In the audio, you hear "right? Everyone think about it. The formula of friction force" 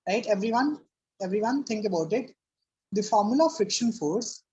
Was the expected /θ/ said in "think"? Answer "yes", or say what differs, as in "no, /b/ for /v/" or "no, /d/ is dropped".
no, /t/ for /θ/